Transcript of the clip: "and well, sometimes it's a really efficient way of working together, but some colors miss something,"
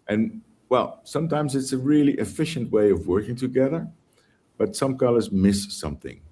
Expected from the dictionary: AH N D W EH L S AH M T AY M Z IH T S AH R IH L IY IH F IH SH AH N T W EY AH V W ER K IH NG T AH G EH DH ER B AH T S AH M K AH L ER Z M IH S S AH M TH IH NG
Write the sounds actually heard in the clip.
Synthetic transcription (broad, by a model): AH N W EH L S AH M T AY M Z IH T S AH R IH L IY IH F IH SH AH N T W EY AH V W ER K IH NG T AH G EH DH ER B AH T S AH M K AH L ER Z M IH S S AH M TH IH NG